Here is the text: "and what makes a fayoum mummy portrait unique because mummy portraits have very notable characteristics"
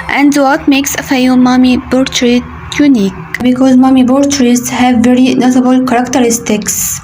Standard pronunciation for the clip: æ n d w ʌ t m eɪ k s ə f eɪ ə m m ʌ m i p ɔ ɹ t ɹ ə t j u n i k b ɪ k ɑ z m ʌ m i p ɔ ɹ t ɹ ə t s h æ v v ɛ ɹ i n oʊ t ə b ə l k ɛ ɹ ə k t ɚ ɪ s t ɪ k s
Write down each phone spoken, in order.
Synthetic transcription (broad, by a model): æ n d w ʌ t m eɪ k s ə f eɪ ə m m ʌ m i b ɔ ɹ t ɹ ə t j u n i k b ɪ k ɑ z m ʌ m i b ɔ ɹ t ɹ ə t s h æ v v ɛ ɹ i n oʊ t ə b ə l k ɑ ɹ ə k t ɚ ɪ s t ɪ k s